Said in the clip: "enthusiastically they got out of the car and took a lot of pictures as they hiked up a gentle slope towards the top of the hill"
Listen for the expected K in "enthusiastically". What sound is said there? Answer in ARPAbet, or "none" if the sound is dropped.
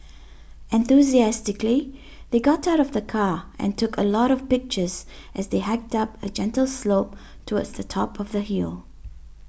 K